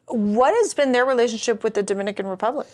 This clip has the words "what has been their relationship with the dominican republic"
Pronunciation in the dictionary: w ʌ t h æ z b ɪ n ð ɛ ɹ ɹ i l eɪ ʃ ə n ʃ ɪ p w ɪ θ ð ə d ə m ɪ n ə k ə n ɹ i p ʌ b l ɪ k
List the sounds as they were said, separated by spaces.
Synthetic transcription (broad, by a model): w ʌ t h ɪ z b ɪ n ð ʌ ɹ ɹ i l eɪ ʃ ə n ʃ ɪ p w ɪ ð ə d ə m ɪ n ə k ə n ɹ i p ʌ b l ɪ k